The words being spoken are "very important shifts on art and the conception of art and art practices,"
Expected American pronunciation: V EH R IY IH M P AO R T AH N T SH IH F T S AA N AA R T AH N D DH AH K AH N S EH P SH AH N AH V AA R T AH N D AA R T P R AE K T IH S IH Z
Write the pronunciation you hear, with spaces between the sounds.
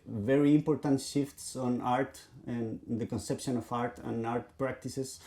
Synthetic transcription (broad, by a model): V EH R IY IH M P AO R T AH N T SH IH F T S AA N AA R T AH N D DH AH K AH N S EH P SH AH N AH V AA R T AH N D AA R T P R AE K T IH S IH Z